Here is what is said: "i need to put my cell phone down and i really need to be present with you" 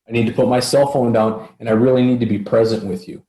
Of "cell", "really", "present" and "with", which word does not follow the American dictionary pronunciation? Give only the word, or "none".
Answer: none